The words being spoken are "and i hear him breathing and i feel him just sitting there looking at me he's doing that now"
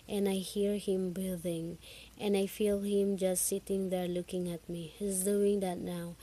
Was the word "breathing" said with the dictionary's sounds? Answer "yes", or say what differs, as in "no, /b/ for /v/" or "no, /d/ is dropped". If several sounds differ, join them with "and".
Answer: no, /ɹ/ is dropped